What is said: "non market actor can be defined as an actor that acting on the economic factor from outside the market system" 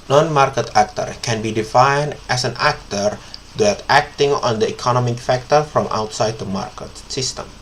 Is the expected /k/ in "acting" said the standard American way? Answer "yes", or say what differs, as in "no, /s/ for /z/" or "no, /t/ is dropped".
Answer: yes